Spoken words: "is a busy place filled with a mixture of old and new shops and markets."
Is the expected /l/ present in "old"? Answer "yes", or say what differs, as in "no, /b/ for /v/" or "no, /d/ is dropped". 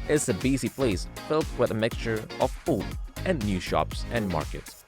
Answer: no, /l/ is dropped